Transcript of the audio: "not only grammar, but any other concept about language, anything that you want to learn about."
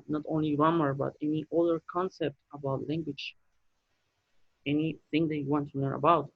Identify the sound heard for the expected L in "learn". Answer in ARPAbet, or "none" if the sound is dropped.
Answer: N